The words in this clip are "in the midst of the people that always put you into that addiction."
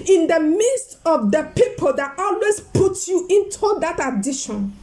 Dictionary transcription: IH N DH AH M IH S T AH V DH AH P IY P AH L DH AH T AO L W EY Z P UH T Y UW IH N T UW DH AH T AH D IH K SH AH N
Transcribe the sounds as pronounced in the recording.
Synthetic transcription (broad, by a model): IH N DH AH M IH S T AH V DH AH P IY P AH L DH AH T AO L W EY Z P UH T Y UW IH N T UW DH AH T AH D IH SH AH N